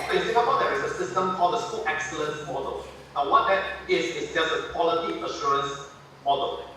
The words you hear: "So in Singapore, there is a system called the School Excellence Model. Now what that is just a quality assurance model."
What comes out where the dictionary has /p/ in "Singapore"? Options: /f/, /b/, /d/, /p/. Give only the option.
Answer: /b/